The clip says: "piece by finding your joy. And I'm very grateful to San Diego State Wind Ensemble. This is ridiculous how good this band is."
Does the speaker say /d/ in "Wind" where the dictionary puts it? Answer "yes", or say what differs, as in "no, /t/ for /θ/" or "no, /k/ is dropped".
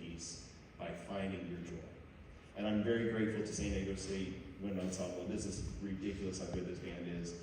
no, /d/ is dropped